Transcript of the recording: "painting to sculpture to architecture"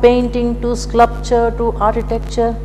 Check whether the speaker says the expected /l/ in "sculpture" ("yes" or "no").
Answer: no